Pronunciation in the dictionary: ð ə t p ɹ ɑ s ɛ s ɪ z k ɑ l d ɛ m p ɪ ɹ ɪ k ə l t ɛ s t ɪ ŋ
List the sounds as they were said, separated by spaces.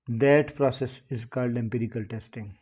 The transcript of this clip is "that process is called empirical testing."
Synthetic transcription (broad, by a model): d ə t p ɹ ɑ s ɛ s ɪ z k ɑ l d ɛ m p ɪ ɹ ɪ k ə l t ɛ s t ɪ ŋ